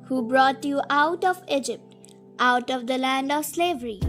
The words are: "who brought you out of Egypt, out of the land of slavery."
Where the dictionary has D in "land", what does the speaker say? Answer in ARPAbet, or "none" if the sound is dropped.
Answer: D